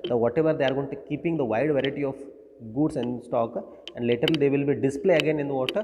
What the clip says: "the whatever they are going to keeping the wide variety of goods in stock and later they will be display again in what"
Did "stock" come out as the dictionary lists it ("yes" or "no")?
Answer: yes